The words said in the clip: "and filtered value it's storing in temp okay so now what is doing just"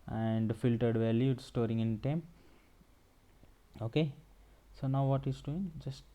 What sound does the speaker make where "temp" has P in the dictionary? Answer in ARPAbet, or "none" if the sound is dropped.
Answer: none